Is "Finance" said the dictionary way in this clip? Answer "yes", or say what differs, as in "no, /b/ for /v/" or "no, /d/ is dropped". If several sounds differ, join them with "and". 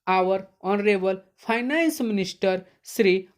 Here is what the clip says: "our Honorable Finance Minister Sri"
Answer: no, /p/ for /f/